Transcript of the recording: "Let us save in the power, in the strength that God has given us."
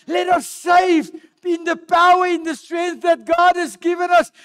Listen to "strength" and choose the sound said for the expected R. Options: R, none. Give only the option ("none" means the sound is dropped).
R